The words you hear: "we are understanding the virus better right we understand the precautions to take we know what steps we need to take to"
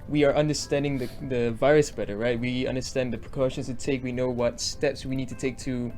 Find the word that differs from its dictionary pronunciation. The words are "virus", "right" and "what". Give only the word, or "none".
none